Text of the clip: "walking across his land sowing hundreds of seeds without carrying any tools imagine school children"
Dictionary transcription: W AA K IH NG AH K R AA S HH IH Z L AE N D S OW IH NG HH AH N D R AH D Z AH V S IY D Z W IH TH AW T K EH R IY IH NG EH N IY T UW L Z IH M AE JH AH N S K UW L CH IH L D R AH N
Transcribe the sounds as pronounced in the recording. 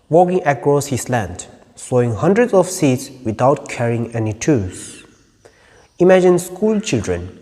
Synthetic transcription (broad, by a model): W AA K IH NG AH K R AA S HH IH S L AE N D S OW IH NG HH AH N D R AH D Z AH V S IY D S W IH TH AW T K EH R IY IH NG EH N IY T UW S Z IH M AE JH AH N S K UW L CH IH L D R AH N